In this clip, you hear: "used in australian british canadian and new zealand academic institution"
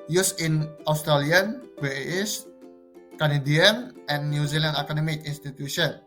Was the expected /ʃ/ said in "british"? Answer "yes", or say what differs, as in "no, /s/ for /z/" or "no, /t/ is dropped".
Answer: no, /s/ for /ʃ/